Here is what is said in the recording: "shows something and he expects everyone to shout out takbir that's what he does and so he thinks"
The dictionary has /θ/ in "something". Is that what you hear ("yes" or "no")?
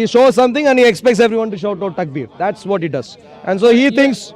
no